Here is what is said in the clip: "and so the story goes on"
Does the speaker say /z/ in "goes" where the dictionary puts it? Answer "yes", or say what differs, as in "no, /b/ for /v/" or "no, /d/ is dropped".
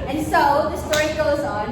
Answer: yes